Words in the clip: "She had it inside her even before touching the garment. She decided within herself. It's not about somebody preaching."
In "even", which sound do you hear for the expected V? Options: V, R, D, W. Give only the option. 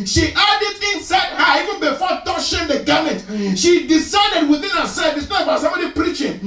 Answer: V